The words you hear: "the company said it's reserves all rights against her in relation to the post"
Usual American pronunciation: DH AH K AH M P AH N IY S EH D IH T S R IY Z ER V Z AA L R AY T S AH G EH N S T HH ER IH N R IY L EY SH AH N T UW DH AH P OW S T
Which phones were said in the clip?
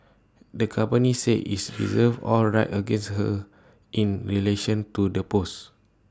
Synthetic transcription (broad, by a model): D AH K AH M P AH N IY S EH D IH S R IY Z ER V AA L R AY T AH G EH N S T HH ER IH N R IY L EY SH AH N T UW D AH P OW S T